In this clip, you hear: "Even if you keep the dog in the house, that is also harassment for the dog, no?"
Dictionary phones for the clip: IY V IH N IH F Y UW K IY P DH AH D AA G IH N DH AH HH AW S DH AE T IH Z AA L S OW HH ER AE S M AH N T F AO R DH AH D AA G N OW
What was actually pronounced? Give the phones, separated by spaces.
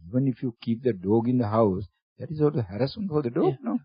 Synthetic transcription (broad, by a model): IY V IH N IH F Y UW K IY P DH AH D AA G IH N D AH HH AW S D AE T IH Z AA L OW HH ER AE S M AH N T F AO R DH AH D AA G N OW